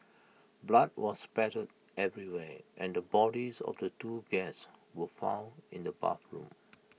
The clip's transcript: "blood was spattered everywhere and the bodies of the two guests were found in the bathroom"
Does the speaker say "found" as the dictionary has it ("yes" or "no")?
no